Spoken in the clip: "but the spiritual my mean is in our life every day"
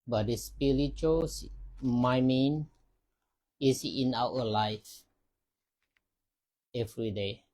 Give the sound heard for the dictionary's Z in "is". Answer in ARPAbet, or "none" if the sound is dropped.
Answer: S